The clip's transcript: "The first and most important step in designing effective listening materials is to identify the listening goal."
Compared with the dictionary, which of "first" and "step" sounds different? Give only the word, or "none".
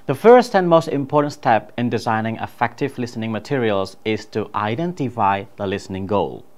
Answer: none